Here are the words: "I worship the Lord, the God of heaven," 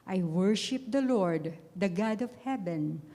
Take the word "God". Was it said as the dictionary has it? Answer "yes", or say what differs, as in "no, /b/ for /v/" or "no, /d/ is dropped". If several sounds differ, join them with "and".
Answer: yes